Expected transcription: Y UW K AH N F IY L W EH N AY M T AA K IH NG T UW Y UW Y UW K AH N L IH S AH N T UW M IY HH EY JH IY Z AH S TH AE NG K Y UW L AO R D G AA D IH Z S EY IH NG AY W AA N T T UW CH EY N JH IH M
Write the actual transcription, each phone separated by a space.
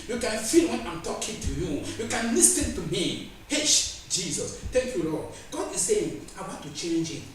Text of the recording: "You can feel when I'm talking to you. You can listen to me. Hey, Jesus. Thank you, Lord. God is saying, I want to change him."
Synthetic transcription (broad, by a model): Y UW K AH N F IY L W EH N AY M T AA K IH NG T UW Y UW Y UW K AH N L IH S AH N T UW M IY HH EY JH IY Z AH S T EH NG K Y UW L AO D G AA D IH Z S EY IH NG AY W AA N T T UW CH EY N JH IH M